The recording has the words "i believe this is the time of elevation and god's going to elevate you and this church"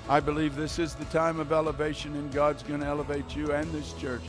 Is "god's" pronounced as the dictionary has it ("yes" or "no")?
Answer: yes